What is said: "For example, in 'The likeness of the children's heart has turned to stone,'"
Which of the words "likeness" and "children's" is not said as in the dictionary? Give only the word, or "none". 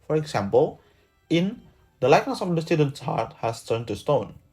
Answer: children's